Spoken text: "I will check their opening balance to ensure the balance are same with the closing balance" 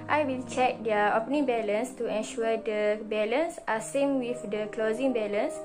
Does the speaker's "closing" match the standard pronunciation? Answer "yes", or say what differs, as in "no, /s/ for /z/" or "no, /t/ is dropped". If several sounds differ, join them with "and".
yes